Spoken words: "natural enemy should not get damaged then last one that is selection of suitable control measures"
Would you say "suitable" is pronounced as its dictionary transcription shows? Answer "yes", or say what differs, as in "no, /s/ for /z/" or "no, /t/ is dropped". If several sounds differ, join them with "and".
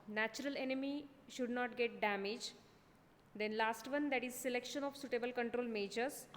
yes